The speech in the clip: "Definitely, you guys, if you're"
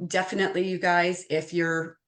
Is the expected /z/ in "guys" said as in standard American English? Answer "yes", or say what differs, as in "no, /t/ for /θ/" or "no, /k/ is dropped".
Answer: yes